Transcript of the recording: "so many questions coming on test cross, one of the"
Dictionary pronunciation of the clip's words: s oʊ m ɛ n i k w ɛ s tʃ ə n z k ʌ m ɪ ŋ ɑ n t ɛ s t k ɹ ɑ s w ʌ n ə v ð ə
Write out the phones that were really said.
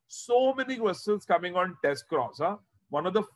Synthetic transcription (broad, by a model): s oʊ m ɛ n i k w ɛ s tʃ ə l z k ʌ m ɪ ŋ ɑ n t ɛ s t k ɹ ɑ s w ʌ n ə v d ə